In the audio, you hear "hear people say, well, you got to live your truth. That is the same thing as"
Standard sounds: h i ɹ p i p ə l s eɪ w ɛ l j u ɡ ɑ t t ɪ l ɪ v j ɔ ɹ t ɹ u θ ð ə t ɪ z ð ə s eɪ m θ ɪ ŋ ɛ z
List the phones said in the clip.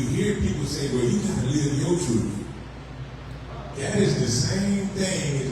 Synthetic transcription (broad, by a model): h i ɹ p i p l s eɪ w ɛ l j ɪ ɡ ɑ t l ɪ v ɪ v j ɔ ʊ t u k ð ə t ɪ z ð ə s eɪ m θ ɪ ŋ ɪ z